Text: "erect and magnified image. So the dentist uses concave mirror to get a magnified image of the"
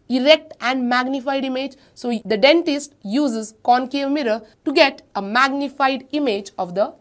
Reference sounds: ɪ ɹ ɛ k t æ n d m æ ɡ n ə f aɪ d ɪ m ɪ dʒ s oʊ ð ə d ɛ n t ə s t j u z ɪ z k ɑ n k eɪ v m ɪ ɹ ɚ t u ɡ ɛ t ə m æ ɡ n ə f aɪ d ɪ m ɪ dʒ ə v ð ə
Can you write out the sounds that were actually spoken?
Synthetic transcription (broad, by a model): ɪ ɹ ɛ k t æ n d m æ ɡ n ə f aɪ d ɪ m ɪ dʒ s oʊ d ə d ɛ n t ə s t j u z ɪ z k ɑ n k eɪ v m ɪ ɹ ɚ t u ɡ ɛ t ə m æ ɡ n ə f aɪ d ɪ m ɪ dʒ ə v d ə